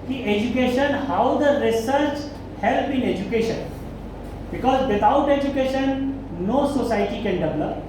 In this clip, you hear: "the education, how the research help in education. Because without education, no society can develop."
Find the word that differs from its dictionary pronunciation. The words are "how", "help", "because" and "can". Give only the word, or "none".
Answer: help